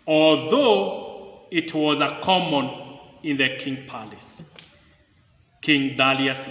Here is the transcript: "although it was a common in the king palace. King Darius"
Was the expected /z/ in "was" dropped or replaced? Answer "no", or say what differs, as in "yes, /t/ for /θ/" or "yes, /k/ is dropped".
no